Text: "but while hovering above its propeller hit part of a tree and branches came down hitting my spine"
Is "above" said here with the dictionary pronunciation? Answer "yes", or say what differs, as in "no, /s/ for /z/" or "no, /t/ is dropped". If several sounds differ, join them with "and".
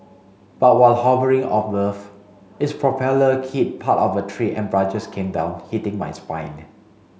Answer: no, /f/ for /v/